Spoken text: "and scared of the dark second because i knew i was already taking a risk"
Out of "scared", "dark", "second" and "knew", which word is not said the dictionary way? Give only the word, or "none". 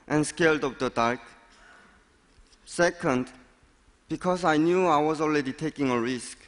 scared